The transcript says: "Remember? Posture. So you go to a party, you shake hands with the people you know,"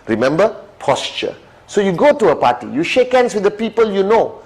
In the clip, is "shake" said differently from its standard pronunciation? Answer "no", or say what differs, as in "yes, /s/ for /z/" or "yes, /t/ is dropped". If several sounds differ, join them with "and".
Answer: no